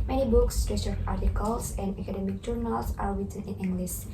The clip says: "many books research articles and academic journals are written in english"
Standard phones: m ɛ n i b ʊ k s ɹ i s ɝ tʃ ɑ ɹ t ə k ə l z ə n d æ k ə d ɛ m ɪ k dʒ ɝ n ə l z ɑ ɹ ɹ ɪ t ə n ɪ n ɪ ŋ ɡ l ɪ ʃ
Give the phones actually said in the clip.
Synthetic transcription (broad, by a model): m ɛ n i b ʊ k s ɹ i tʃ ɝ ɑ ɹ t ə k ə l s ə n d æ k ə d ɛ m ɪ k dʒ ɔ n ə l s ɑ ɹ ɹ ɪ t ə n ɪ n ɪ ŋ ɡ l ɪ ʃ